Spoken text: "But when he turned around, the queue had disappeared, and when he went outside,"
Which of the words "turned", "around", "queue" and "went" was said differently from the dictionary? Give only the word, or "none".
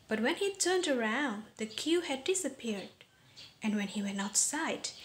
went